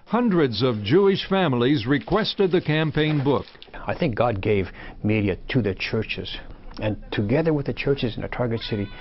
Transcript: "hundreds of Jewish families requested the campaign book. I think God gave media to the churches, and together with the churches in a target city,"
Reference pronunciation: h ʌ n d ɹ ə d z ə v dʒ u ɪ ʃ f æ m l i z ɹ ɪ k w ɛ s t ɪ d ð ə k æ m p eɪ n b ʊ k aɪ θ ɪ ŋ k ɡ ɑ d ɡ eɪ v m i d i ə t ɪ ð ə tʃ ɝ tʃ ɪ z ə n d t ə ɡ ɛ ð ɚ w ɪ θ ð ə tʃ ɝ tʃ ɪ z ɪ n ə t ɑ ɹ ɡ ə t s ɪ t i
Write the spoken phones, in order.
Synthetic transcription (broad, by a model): h ʌ n d ɹ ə d z ə v dʒ u ɪ ʃ f æ m l i z ɹ ɪ k w ɛ s t ɪ d ð ə k æ m p eɪ n b ʊ k aɪ θ ɪ ŋ k ɡ ɑ d ɡ eɪ v m i d i ə t ɪ ð ə tʃ ɝ tʃ ɪ z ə n t ə ɡ ɛ ð ɚ w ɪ ð ə tʃ ɝ tʃ ɪ z ɪ n ə t ɑ ɹ ɡ ə t s ɪ t i